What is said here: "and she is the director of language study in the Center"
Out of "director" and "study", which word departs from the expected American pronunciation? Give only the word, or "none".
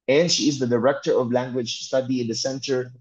none